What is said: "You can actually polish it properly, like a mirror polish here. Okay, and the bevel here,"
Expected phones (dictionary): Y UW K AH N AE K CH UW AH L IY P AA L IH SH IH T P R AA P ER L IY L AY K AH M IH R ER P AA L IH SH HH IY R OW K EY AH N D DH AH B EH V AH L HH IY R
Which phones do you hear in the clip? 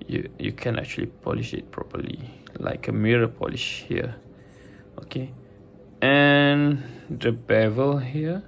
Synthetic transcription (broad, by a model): Y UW K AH N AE K CH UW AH L IY P AA L IH SH IH T P R AA P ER L IY L AY K AH M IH R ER P AA L IH SH HH IY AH OW K EY AH N D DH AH B EH V AH L HH IY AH